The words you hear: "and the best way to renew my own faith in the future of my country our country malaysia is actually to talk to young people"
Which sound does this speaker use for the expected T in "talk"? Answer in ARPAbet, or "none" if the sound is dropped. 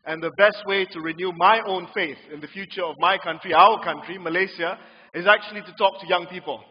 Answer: T